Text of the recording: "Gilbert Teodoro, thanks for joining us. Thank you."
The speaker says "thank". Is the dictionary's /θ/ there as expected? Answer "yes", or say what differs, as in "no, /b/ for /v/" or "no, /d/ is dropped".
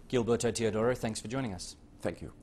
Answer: yes